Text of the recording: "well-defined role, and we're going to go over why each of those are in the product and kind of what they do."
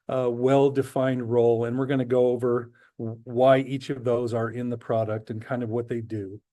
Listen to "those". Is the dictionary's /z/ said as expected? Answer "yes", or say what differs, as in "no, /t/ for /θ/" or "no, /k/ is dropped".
yes